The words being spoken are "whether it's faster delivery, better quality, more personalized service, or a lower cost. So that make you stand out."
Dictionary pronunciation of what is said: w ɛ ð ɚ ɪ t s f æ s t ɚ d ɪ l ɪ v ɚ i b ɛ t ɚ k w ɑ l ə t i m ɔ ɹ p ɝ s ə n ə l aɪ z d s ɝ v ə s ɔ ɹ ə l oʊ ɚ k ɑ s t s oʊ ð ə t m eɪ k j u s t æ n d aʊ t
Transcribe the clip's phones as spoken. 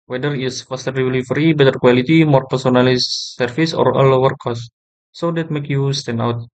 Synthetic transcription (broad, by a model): w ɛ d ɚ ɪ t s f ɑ s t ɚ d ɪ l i f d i b ɛ t ɚ k w ɑ l ə t i m ɔ ɹ p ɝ s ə n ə l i s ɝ f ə s ɔ ɹ ə l oʊ ɚ k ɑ s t s oʊ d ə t m eɪ k j u s t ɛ n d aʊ t